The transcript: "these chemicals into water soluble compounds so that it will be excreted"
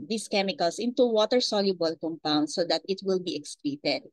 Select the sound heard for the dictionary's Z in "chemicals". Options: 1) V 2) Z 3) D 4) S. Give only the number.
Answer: 4